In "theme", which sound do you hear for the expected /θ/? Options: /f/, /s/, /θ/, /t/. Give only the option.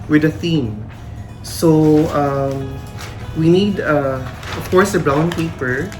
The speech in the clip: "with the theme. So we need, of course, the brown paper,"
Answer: /θ/